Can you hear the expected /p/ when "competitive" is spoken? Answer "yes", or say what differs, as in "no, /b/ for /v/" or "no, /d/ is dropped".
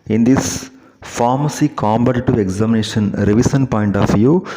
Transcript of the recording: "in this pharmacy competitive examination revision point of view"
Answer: no, /b/ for /p/